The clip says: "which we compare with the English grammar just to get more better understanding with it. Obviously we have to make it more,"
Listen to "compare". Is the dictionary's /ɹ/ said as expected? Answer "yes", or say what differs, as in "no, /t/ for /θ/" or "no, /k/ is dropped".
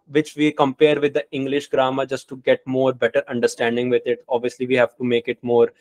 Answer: yes